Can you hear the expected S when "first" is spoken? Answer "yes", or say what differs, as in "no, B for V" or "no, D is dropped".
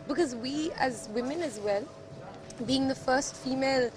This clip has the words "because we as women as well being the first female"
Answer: yes